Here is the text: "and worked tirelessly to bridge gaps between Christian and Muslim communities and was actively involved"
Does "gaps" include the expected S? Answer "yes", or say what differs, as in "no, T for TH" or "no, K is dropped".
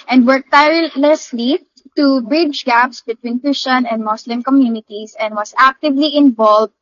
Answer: yes